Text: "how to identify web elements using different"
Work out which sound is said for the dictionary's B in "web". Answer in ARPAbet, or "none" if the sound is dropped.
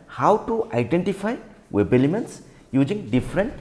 B